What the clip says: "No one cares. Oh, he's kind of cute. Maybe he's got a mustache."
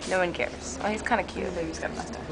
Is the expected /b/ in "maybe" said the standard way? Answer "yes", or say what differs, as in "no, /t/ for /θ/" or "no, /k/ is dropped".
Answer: no, /b/ is dropped